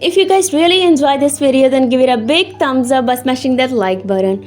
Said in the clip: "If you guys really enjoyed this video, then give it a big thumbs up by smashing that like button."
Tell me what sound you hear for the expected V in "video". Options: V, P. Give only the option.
P